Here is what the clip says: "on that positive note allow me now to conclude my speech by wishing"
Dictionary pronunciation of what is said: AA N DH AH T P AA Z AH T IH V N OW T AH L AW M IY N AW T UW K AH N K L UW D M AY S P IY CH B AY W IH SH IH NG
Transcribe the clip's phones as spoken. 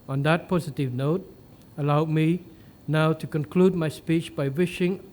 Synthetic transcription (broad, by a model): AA N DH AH T P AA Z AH T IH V N OW T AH L AW M IY N AW T UW K AH N K L UW D M AY S P IY CH B AY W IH SH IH NG